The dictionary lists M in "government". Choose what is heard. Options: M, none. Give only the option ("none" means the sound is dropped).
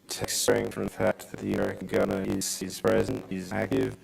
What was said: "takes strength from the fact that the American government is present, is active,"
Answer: none